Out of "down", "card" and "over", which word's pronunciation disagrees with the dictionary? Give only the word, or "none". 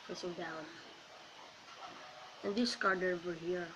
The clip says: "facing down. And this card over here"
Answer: over